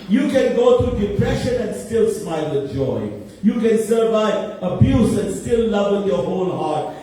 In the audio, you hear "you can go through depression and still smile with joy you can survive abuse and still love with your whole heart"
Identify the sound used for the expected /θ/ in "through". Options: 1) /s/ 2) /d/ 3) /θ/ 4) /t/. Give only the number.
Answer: 4